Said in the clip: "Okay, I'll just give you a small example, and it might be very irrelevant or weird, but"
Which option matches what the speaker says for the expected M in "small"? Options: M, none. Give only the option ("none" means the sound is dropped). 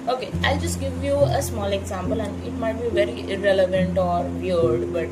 M